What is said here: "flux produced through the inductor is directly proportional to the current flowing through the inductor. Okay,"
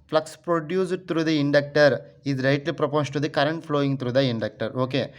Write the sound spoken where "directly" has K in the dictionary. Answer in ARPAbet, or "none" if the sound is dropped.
none